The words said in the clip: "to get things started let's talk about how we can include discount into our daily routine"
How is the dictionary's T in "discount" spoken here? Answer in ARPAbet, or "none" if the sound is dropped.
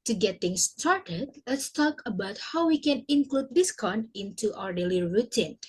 none